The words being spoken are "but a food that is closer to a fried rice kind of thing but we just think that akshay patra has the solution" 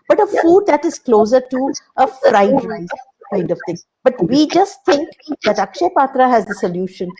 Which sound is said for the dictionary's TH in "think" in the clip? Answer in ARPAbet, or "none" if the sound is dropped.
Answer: T